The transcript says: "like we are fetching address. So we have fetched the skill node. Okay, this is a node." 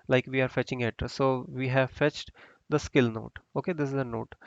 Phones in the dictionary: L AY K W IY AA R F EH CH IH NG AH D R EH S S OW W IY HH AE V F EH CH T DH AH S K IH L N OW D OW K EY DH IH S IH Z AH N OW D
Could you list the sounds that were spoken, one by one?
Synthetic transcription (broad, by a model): L AY K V IY AA R F EH CH IH NG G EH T S OW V IY HH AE V F EH CH T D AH S K IH L N OW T OW K EY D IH S IH Z AH N OW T